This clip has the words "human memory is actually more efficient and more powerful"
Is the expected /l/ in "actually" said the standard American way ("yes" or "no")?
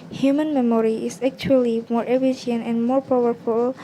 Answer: yes